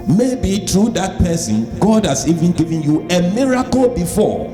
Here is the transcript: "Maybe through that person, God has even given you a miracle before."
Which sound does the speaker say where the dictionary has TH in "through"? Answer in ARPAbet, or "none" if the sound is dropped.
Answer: T